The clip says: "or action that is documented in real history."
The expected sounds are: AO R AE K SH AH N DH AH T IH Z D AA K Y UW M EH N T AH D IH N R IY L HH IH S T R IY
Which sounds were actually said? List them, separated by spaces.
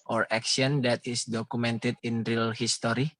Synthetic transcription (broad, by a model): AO R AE K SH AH N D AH T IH S D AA K UW M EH N T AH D IH N R IY L HH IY S T R IY